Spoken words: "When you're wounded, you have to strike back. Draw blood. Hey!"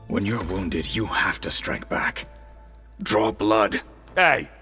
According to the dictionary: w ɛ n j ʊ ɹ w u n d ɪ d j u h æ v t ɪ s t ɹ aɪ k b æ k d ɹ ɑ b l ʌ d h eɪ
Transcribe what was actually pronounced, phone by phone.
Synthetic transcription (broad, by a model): w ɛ n j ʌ ɹ w u n d ɪ d j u h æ f t ɪ s t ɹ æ k b æ k d ɹ ɑ b l ʌ d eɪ